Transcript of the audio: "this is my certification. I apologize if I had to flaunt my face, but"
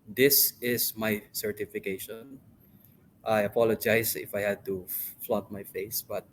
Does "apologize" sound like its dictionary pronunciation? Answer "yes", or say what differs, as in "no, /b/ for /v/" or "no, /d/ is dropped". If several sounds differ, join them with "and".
no, /s/ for /z/